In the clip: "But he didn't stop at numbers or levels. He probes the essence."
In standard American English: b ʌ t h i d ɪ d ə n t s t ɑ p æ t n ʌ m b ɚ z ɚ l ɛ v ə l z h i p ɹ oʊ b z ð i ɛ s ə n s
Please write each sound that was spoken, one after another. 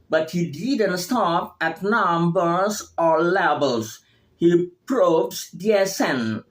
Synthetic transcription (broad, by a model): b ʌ t h i d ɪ d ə n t s t ɑ p æ t n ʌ m b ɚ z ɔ l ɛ b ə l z h i p ɹ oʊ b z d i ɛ s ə n